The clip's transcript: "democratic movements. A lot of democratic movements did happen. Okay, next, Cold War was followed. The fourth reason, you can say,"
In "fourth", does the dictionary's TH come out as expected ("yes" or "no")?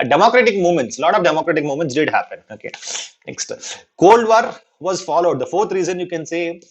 no